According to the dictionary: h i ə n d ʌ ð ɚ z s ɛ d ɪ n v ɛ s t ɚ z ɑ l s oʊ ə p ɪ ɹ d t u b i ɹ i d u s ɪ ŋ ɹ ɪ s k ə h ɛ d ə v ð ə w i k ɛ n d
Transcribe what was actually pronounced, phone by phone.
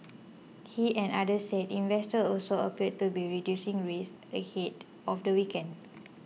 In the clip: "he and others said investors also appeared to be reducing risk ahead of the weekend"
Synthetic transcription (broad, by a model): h i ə n d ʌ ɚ s ɛ d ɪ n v ɛ s t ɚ ɑ l s oʊ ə p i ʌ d t u b i ɹ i d u s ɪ ŋ ɹ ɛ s ə h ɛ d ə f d ə w i k ɛ n d